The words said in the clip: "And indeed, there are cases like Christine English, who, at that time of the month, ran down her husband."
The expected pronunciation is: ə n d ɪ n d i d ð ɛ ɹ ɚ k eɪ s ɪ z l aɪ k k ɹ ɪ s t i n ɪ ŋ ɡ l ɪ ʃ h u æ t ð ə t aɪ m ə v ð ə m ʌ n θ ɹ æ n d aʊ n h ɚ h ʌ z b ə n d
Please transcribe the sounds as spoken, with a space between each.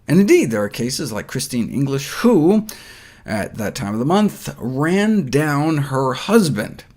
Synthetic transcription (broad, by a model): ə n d ɪ n d i d ð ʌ ɹ ɚ k eɪ s ɪ z l aɪ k k ɹ ɪ s t i n ɪ ŋ ɡ l ɪ ʃ h u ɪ t ð ə t aɪ m ə v ð ə m ʌ n θ ɹ æ n d aʊ n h ɚ h ʌ z b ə n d